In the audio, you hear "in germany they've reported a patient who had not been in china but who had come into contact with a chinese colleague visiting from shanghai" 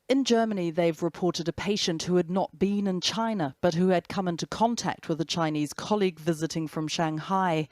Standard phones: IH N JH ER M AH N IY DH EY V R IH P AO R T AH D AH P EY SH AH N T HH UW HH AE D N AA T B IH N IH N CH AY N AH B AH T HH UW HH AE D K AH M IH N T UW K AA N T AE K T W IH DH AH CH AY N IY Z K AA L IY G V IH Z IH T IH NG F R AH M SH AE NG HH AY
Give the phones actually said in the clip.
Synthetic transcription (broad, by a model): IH N JH ER M AH N IY DH EY V R IH P AO R T AH D AH P EY SH AH N T HH UW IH D N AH T B IH N IH N CH AY N AH B AH T HH UW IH D K AH M IH N T UW K AA N T AE K T W IH DH AH CH AY N IY Z K AA L IY G V IH Z IH T IH NG F R AH M SH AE NG HH AY